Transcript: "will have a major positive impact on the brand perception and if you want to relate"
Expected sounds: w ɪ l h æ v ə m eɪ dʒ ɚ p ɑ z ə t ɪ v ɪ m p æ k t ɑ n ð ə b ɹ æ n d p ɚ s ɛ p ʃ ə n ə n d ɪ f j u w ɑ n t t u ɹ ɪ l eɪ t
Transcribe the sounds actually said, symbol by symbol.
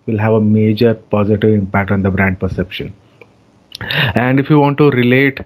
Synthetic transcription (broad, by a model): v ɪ l h æ v ə m eɪ dʒ ɚ p ɑ z ə t ɪ v ɪ m p æ k t ɑ n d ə b ɹ æ n d p ɚ s ɛ p ʃ ə n ə n d ɪ f j u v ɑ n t t u ɹ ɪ l eɪ t